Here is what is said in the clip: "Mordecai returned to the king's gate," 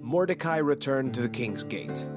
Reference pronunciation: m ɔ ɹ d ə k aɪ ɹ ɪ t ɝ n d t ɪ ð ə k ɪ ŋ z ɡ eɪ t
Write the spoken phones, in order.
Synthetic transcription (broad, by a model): m ɔ ɹ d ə k aɪ ɹ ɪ t ɝ n t ɪ ð ə k ɪ ŋ z ɡ eɪ t